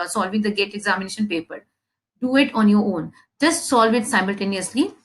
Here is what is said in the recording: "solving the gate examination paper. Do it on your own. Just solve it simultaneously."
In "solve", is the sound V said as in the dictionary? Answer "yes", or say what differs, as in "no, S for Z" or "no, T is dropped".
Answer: yes